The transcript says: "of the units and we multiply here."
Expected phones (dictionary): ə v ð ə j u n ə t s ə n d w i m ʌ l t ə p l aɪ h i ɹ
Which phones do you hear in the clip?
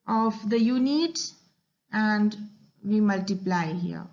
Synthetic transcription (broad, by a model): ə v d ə j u n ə t ə n d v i m ʌ l t ə p l aɪ h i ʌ